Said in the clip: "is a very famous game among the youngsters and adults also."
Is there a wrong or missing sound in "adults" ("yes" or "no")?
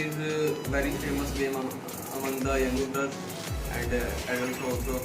yes